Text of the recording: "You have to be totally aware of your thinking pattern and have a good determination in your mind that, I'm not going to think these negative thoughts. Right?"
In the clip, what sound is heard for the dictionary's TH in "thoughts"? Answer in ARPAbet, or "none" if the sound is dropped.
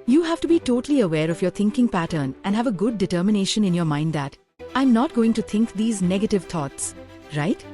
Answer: T